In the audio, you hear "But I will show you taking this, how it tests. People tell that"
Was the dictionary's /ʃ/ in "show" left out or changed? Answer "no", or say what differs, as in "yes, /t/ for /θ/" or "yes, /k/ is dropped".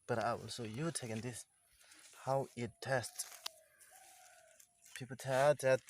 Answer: yes, /s/ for /ʃ/